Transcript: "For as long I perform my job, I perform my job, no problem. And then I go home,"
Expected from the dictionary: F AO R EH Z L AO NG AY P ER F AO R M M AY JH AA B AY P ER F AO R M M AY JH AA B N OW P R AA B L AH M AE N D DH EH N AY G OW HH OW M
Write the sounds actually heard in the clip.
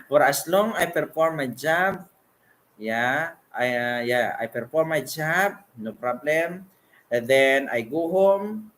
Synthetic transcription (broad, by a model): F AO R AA S L AO NG AY P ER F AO R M M AY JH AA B AY P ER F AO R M M AY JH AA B N OW P R AA B L AH M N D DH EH N AY G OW HH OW M